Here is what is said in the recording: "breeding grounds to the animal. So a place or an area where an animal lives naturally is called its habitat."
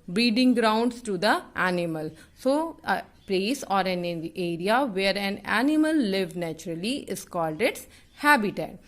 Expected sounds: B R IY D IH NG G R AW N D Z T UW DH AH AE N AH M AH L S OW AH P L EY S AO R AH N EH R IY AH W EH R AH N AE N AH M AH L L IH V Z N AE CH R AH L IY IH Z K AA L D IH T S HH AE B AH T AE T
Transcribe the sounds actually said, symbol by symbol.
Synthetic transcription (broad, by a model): B R IY D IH NG G R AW N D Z T UW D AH AE N AH M AH L S OW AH P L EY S AO R AH N EH R IY AH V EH R AH N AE N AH M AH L L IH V N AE CH R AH L IY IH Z K AA L D IH T S HH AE B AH T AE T